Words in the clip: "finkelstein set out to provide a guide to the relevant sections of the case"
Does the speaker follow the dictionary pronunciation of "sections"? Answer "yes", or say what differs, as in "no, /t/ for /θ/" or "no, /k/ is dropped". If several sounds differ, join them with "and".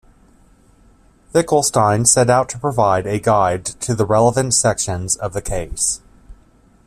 yes